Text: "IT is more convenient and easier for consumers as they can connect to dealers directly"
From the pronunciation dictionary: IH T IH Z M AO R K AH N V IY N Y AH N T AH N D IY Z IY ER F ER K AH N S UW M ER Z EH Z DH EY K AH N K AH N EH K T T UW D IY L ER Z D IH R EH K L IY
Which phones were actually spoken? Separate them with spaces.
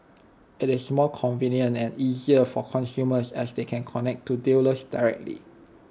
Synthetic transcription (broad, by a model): IH T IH S M AO L K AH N V IY N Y AH N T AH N IY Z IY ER F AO K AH N S UW M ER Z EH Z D EY K AH N K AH N EH K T T UW D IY L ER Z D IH R EH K L IY